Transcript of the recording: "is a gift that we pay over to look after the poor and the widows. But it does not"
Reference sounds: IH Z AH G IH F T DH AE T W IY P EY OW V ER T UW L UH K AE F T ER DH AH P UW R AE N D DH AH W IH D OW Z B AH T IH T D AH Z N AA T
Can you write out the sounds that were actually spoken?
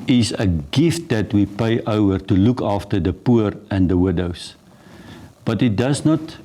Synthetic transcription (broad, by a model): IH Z AH G IH F T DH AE T W IY P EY OW V ER T UW L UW K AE F T ER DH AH P UW R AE N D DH AH W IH D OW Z B AH T IH T D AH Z N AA T